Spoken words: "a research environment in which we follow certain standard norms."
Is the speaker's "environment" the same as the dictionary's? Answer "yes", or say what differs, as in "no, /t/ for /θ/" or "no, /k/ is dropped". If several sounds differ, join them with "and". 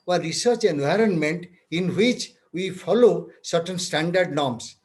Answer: yes